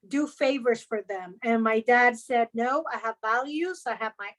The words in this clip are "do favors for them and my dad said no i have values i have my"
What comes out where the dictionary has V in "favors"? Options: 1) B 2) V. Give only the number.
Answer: 2